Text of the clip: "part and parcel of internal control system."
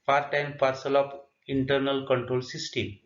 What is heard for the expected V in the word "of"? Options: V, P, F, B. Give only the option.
P